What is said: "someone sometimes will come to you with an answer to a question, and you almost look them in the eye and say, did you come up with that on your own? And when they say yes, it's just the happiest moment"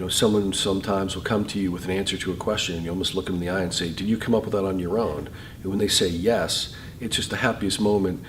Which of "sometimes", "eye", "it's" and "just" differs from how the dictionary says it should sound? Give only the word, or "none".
none